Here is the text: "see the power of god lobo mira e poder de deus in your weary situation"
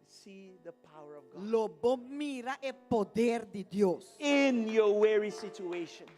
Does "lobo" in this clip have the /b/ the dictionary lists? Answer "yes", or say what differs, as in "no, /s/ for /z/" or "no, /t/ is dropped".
yes